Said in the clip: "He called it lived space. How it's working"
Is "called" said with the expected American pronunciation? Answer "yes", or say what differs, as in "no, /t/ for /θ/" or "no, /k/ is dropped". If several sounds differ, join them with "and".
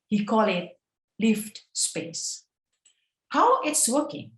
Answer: no, /d/ is dropped